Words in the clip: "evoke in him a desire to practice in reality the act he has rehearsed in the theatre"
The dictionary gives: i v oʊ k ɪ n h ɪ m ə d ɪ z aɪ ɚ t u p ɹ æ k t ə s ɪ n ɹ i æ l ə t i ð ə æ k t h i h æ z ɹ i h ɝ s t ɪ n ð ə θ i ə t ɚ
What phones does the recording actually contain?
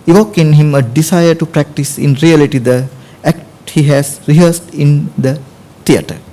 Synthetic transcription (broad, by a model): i v oʊ k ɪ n h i m ə d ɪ s aɪ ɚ t u p ɹ æ k t ə s ɪ n ɹ i æ l ə t i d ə æ k t h i h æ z ɹ i h ɝ s t ɪ n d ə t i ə t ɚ